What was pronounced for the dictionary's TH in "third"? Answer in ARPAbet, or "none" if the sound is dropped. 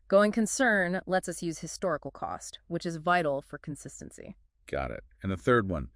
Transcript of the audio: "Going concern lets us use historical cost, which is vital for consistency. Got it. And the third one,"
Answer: TH